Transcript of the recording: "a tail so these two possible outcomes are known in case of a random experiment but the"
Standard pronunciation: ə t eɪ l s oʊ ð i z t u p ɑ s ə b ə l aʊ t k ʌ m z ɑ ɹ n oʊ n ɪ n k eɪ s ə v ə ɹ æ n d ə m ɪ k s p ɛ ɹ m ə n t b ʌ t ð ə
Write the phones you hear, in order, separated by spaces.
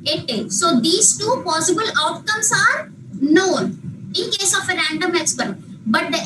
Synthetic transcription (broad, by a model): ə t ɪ s oʊ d i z t u p ɑ s ə b ə l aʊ t k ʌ m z ɑ ɹ n oʊ n ɪ n k eɪ s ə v ə ɹ æ n d ə m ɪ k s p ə t b ʌ t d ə